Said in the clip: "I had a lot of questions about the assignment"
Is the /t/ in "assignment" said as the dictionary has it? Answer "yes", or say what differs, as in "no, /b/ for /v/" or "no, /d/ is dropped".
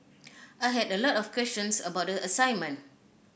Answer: no, /t/ is dropped